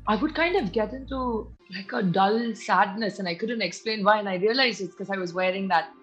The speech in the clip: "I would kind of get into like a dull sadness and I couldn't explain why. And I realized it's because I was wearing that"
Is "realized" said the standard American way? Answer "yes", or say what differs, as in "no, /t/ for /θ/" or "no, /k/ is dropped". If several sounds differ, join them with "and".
no, /d/ is dropped